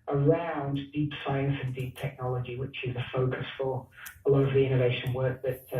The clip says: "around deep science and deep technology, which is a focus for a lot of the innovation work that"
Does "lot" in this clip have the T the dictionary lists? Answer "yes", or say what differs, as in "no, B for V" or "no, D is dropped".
no, T is dropped